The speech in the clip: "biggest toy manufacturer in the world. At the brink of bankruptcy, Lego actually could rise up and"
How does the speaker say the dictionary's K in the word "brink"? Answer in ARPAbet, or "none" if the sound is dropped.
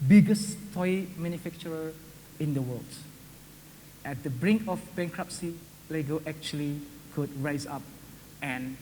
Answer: K